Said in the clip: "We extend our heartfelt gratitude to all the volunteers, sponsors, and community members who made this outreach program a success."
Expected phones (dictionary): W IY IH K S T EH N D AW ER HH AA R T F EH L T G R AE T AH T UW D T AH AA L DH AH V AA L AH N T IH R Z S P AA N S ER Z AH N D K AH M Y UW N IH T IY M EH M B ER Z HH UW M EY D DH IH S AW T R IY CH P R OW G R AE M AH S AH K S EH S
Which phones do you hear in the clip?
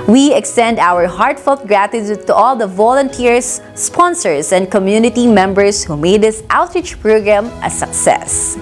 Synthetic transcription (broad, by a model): W IY IH K S T EH N D AW ER HH AA R T F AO L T G R AE T AH T UW D T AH AA L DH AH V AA L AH N T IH R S P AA N S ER S AH N D K AH M Y UW N IH T IY M EH M B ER S HH UW M EY D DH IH S AW T R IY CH P R OW G R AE M AH S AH K S EH S